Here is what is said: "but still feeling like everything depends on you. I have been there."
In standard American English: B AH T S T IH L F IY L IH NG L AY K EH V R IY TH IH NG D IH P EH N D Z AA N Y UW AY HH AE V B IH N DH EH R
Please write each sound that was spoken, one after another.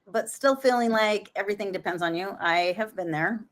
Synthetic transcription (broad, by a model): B AH T S T IH L F IY L IH NG L AY K EH V R IY TH IH NG D IH P EH N D Z N Y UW AY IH V B IH N DH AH R